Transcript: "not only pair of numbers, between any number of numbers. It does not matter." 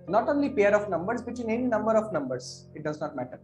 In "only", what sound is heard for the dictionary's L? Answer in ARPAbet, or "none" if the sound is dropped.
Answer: L